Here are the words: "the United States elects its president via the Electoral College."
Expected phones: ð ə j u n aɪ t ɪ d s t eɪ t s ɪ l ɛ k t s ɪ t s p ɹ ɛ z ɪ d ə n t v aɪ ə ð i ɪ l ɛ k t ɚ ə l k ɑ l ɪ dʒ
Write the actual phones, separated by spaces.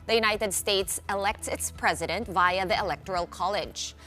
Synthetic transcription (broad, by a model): ð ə j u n aɪ t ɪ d s t eɪ t s ɪ l ɛ k t s ɪ t s p ɹ ɛ z ɪ d ə n t v aɪ ə ð i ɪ l ɛ k t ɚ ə l k ɑ l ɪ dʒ